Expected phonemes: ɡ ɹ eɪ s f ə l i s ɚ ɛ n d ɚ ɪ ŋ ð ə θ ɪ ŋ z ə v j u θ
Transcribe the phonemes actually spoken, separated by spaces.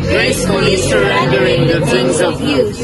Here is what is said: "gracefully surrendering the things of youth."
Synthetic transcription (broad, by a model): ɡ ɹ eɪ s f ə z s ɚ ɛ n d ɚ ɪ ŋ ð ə t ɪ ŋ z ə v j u